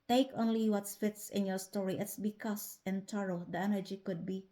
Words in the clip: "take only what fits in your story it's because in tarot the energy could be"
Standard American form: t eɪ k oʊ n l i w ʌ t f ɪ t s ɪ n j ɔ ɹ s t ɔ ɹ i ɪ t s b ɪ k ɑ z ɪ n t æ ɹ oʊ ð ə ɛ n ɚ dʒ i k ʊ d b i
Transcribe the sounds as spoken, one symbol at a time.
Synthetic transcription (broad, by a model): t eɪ k oʊ n l i w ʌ t f ɪ t s ɪ n j ɔ ɹ s t ɔ ɹ i ɪ t s b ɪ k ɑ s ɪ n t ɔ ɹ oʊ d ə ɛ n ɚ dʒ i k ʊ d b i